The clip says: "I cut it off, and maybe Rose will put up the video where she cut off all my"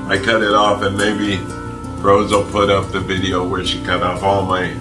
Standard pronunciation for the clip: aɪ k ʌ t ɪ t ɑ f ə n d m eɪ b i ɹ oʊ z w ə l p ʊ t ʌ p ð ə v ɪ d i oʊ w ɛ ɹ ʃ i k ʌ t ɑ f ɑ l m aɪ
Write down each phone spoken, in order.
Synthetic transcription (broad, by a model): aɪ k ʌ t ɪ t ɑ f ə n m eɪ b i ɹ oʊ z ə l p ʊ t ʌ p ð ə v ɪ d i oʊ w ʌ ɹ ʃ i k ʌ t ɑ f ɑ l m aɪ